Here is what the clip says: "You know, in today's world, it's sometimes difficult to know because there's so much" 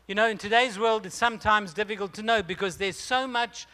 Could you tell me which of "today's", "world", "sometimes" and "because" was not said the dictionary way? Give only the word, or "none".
none